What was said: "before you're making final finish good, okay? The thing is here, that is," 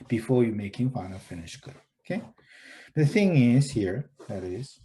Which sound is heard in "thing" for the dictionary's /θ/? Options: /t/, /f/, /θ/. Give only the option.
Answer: /θ/